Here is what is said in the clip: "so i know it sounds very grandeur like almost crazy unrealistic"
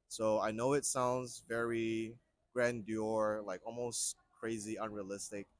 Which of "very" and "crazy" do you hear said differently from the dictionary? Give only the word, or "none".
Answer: none